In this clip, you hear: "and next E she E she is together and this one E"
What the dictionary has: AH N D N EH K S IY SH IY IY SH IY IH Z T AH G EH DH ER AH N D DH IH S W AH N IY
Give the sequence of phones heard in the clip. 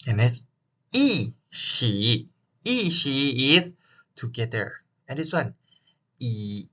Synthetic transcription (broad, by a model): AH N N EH S IY SH IY IY SH IY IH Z T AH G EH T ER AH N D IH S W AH N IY